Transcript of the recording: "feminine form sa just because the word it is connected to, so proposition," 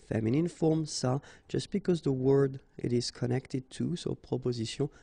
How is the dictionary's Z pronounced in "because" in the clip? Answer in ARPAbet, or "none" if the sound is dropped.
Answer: Z